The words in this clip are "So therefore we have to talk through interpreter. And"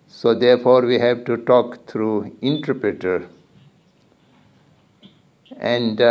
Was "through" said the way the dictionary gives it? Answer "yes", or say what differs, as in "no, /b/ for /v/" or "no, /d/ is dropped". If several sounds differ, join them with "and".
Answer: no, /t/ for /θ/